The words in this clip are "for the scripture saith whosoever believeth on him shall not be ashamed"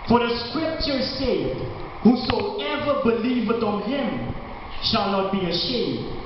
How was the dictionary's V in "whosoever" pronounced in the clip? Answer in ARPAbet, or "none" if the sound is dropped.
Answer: V